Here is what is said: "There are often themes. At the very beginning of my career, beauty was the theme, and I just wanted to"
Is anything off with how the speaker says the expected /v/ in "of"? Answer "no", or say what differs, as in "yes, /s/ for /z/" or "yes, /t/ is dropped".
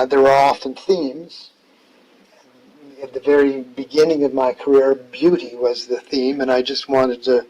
no